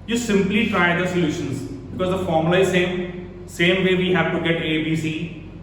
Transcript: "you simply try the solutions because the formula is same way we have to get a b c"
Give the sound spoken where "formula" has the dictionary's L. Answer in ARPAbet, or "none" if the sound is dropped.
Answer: none